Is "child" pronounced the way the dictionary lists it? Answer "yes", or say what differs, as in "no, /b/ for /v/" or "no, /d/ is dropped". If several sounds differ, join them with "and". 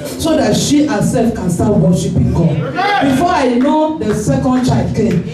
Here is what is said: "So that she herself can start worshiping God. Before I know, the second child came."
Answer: no, /l/ is dropped